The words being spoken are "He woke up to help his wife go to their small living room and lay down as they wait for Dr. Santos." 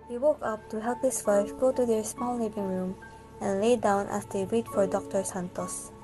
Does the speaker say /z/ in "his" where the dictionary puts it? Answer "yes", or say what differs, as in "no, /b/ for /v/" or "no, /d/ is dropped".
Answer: no, /s/ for /z/